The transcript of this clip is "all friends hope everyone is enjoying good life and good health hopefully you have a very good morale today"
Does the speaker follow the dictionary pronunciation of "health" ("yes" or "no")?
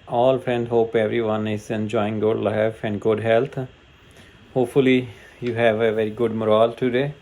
no